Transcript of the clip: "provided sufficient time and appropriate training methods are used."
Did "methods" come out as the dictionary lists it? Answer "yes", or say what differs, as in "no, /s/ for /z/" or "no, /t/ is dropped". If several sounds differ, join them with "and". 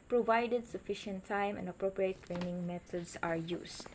no, /t/ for /θ/ and /s/ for /z/